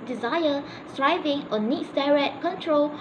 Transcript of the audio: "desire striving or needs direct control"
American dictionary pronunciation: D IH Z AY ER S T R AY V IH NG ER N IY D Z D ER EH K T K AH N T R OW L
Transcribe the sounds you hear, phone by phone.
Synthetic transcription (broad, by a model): D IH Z AY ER S T R AY V IH NG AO N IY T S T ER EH T K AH N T R OW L